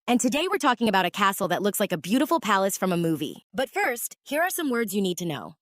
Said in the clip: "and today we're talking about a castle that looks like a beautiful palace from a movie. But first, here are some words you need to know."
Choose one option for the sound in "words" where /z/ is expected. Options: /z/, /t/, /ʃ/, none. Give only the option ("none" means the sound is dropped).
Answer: /z/